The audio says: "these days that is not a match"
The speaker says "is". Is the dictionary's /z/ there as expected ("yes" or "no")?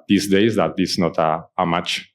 no